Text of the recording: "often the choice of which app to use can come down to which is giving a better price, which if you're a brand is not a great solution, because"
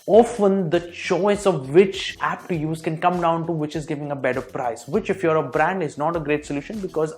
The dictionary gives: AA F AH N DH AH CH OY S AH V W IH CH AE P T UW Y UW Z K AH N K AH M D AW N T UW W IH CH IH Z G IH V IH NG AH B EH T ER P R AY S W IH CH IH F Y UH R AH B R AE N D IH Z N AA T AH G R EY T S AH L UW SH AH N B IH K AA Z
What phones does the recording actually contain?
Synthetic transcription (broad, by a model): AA F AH N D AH CH OY S AH V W IH CH AE P T UW Y UW Z K AH N K AH M D AW N T UW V IH CH IH Z G IH V IH NG AH B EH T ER P R AY S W IH CH IH F Y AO R AH B R AE N D IH Z N AA T AH G R EY T S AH L UW SH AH N B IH K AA Z